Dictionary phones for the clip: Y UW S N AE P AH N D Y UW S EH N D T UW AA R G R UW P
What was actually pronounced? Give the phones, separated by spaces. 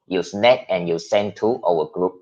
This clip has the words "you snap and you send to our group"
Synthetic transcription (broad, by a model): Y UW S N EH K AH N Y UW S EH N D T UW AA W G R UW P